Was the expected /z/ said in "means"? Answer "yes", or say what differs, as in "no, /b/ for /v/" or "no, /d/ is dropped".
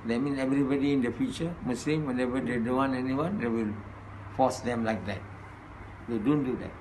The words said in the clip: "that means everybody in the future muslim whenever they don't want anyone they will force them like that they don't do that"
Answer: no, /z/ is dropped